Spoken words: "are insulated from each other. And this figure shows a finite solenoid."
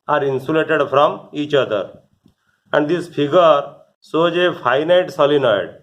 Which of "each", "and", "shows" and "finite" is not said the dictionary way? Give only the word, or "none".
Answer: shows